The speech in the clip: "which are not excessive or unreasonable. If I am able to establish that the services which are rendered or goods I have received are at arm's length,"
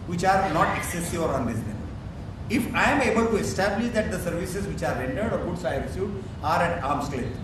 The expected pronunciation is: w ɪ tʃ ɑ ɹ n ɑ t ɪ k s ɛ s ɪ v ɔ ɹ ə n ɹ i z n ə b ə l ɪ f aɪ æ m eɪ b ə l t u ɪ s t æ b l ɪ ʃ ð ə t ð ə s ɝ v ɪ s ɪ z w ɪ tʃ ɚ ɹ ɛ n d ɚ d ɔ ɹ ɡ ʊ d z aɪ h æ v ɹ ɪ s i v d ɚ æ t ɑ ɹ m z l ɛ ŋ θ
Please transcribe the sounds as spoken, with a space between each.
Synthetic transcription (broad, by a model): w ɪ tʃ ɑ ɹ n ɑ t ɪ k s ɛ s ɪ v ɔ ɹ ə n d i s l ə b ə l ɪ f aɪ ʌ m eɪ b ə l t u ɪ s t æ b l ɪ ʃ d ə t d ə s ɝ v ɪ s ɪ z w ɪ tʃ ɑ ɹ ɛ n d ɚ d ɔ ɹ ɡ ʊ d s aɪ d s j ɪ ɑ d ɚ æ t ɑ ɹ m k l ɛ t